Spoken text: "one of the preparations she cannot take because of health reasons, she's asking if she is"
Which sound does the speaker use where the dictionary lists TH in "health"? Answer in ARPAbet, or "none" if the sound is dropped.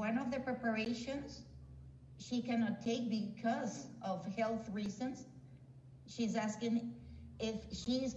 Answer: TH